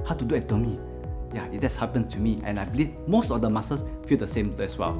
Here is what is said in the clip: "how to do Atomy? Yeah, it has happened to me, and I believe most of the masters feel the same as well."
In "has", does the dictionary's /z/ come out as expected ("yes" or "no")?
no